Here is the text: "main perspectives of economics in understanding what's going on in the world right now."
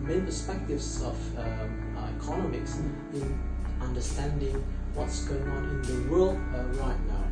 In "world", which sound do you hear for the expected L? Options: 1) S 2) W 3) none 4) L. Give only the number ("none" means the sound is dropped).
4